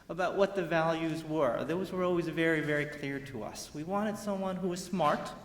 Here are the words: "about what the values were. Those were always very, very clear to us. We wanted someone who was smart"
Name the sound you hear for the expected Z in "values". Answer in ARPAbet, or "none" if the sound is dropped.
Z